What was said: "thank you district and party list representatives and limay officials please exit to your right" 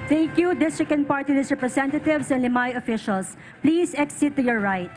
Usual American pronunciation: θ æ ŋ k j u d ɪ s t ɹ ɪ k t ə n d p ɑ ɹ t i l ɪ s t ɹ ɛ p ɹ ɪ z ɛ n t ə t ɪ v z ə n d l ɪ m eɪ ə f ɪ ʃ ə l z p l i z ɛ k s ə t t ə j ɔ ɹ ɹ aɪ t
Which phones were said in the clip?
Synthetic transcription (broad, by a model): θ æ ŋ k j u d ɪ s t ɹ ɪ k ə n p ɑ ɹ t i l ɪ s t ɹ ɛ p ɹ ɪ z ɛ n t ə t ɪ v s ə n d l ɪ m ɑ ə f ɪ ʃ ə l s p l i s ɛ k s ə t t ə j ɔ ɹ ɹ aɪ t